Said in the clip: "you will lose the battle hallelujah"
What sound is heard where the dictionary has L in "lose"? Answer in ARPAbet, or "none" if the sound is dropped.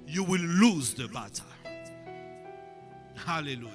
L